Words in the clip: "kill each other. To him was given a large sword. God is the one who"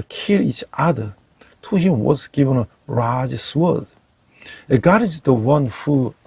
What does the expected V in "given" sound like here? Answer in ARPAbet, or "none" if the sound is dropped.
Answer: V